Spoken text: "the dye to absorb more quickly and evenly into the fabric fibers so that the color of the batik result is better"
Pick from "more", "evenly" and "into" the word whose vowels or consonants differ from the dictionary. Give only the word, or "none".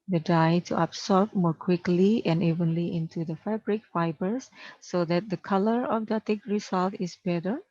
none